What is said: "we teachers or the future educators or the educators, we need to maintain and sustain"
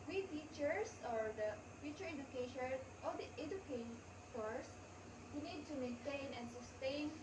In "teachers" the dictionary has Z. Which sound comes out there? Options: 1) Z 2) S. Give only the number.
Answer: 2